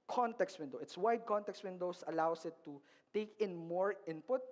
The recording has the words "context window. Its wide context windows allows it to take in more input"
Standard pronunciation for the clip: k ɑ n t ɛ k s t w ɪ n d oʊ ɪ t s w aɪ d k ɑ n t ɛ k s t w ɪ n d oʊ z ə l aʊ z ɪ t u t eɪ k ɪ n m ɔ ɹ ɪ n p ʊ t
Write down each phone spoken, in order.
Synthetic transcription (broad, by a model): k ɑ n t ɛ k s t w ɪ n d oʊ ɪ t s w aɪ d k ɑ n t ɛ k s t w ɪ n d oʊ s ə l aʊ s ɪ t u t eɪ k ɪ n m ɔ ɹ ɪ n p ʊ t